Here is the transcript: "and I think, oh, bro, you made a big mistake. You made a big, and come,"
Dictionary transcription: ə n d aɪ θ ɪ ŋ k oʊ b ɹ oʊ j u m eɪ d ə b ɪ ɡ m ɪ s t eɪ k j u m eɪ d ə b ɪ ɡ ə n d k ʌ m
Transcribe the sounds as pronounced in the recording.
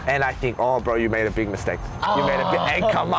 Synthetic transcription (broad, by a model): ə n aɪ θ ɪ ŋ k oʊ b ɹ oʊ j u m eɪ d ə b ɪ ɡ m ɪ s t eɪ k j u m eɪ d ə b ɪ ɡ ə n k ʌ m